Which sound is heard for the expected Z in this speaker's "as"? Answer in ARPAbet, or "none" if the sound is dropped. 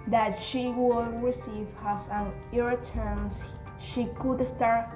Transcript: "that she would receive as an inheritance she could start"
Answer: S